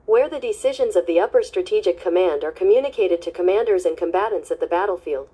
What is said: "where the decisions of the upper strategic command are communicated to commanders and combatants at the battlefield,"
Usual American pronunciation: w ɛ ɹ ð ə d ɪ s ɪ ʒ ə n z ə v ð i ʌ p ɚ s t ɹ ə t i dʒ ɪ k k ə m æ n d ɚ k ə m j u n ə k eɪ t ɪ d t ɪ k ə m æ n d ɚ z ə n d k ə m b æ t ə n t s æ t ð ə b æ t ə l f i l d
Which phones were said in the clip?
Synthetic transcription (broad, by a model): w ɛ ɹ ð ə d ɪ s ɪ ʒ ə n z ə v ð i ʌ p ɚ s t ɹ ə t i dʒ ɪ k k ə m æ n d ɚ k ə m j u n ə k eɪ t ɪ d t ɪ k ə m æ n d ɚ z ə n k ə m b æ t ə n t s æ t ð ə b æ t l f i l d